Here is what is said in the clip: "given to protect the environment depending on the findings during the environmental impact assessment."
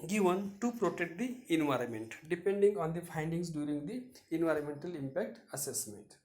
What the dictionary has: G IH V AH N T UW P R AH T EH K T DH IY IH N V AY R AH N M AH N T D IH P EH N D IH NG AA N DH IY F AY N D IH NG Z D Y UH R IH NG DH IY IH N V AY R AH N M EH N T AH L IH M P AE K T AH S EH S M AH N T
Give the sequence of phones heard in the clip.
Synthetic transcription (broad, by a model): G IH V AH N T UW P R AH T EH K T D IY IH N V AY R AH N M AH N T D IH P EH N D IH NG AA N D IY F AY N D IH NG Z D Y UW R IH NG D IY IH N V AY R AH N M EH N T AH L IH M P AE K T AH S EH S M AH N T